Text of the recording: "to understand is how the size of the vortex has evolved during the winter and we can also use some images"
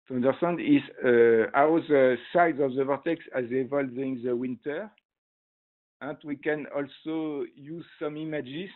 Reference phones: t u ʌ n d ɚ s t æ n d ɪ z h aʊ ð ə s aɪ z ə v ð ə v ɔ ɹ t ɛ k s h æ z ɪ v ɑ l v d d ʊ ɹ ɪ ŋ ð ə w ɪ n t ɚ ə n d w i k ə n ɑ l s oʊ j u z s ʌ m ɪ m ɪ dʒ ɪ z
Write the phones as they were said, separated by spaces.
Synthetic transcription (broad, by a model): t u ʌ n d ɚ s t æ n d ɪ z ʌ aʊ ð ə s aɪ z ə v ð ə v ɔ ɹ t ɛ k s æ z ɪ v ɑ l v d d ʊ ɪ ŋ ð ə w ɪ n t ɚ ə n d w i k ə n ɑ l s oʊ j u z s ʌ m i m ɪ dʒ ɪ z